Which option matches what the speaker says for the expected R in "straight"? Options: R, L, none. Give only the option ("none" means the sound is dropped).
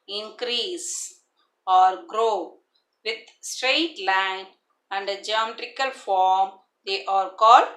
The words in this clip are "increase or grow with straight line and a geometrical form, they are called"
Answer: R